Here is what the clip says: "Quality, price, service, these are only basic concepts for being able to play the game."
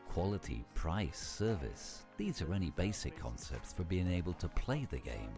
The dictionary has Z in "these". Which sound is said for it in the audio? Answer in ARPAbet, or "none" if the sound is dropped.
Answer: Z